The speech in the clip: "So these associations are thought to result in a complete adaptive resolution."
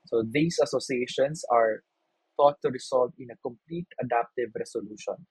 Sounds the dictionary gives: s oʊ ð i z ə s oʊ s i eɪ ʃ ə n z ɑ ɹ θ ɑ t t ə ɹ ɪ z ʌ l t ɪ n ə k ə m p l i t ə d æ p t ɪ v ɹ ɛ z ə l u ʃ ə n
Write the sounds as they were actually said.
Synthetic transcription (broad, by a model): s oʊ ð i s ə s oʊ s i eɪ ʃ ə n s ɑ ɹ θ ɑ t t ə ɹ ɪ s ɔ l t ɪ n ə k ə m p l i t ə d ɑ p t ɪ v ɹ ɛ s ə l u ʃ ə n